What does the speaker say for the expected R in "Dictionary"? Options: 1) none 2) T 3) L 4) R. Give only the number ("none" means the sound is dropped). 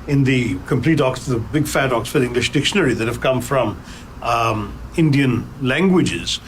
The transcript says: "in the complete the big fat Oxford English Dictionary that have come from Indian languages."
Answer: 4